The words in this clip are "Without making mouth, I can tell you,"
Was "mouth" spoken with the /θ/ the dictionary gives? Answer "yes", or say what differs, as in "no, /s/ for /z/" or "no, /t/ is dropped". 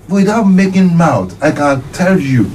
no, /t/ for /θ/